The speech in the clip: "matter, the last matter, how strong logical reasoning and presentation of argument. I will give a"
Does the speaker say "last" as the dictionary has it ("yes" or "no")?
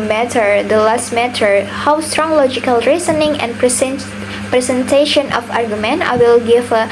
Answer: yes